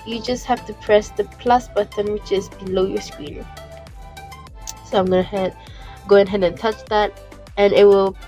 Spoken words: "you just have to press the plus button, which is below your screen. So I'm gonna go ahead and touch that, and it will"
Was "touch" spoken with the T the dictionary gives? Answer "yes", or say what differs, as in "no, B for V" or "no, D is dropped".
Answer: yes